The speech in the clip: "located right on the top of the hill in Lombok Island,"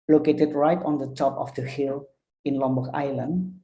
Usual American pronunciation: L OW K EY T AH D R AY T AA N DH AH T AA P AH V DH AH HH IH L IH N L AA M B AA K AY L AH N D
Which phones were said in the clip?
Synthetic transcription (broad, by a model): L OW K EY T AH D R AY T AA N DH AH T AA P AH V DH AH HH IH L IH N L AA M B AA AY L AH N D